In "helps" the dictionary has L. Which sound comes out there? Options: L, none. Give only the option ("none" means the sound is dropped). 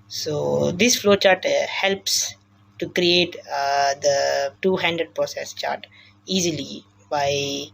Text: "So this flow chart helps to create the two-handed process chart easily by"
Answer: L